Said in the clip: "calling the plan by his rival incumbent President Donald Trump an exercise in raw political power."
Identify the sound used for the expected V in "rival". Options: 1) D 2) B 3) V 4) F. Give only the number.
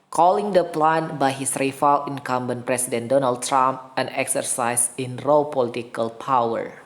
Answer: 4